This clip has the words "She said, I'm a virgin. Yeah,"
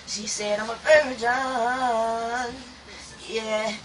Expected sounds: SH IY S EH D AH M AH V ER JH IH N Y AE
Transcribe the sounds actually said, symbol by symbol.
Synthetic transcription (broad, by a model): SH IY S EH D AH M AH P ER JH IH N Y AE